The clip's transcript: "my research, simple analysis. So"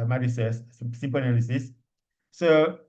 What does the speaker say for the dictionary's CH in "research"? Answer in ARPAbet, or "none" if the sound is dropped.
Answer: S